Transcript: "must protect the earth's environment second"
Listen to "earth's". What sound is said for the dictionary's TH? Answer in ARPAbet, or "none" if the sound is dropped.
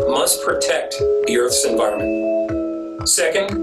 TH